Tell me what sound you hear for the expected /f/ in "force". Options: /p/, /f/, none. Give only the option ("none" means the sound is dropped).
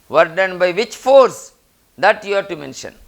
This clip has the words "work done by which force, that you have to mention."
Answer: /f/